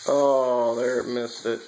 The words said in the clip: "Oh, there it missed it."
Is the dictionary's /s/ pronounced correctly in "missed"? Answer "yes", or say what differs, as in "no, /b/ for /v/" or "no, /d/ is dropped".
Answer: yes